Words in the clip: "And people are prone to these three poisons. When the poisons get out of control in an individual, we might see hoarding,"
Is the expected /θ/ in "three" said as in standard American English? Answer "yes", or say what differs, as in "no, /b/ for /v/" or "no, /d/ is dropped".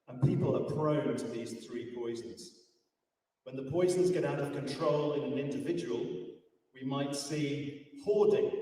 yes